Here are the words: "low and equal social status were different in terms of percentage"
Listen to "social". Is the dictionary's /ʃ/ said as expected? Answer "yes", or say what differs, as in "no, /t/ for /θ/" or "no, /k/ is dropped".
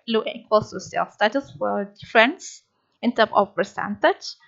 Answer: no, /s/ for /ʃ/